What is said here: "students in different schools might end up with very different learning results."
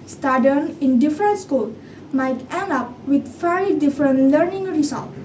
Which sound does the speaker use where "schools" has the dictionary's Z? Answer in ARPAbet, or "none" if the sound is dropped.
none